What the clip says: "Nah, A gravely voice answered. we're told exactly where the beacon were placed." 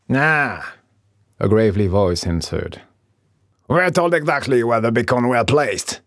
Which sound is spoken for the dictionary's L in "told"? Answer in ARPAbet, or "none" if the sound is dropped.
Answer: L